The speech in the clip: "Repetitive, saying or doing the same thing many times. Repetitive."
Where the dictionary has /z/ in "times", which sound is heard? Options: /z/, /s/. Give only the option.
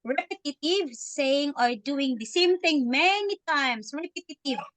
/s/